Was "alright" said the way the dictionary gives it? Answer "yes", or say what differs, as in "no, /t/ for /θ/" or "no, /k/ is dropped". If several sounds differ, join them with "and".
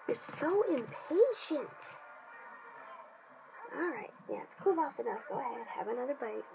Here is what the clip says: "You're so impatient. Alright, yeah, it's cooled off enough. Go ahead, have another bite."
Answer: yes